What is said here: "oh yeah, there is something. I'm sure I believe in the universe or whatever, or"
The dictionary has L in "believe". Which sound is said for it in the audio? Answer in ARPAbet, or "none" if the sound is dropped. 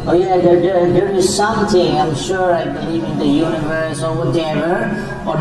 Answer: none